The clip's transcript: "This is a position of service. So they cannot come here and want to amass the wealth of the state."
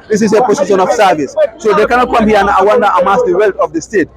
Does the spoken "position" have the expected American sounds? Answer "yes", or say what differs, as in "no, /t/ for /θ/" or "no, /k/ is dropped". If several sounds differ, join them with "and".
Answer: no, /s/ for /z/